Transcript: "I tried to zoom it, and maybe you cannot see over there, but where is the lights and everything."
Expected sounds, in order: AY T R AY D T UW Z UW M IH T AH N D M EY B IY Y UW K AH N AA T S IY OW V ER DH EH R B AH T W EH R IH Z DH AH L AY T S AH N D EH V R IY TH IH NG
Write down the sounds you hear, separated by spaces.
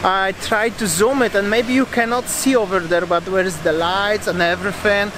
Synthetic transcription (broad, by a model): AY T R AY D T UW Z UW M IH T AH N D M EY B IY Y UW K AH N AA T S IY OW V ER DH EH R B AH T W EH R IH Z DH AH L AY T S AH N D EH V R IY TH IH NG